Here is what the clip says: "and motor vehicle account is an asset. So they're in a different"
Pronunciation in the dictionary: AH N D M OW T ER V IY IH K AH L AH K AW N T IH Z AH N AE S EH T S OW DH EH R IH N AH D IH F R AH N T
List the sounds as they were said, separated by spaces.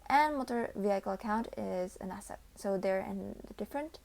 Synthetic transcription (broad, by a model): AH N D M OW T ER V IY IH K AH L AH K AW N T IH Z AH N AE S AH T S OW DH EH R IH N AH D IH F R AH N T